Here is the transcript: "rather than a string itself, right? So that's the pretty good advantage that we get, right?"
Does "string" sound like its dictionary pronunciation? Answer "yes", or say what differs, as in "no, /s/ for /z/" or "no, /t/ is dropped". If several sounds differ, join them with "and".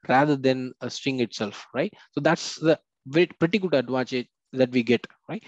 no, /ɹ/ is dropped